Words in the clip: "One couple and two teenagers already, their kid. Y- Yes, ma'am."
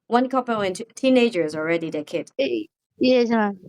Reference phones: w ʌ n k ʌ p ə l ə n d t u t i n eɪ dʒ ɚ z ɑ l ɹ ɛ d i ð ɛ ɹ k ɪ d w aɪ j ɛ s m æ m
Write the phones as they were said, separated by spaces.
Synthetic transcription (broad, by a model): w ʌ n k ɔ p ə w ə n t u t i n eɪ dʒ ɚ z ɑ l ɹ ɛ d i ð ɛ k ɪ d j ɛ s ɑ